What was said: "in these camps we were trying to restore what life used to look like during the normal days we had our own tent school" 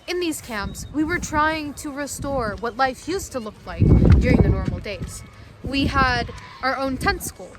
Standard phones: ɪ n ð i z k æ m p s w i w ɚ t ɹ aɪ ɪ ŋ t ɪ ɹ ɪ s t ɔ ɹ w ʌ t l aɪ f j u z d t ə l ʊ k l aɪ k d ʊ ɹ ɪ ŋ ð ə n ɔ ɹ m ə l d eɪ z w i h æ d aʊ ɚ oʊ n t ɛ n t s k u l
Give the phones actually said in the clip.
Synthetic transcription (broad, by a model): ɪ n ð i z k æ m p s w i w ɚ t ɹ aɪ ɪ ŋ t ɪ ɹ ɪ s t ɔ ɹ w ʌ t l aɪ f j u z t ə l ʊ k l aɪ k d ʊ ɹ ɪ ŋ ð ə n ɔ ɹ m l d eɪ z w i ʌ d aʊ ɚ oʊ n t ɛ n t s k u l